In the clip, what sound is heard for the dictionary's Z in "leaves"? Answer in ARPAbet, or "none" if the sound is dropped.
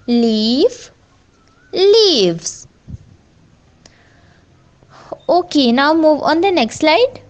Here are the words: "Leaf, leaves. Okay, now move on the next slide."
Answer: S